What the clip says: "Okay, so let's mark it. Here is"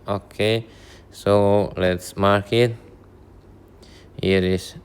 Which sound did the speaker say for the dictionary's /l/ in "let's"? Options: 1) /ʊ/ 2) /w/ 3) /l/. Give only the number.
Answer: 3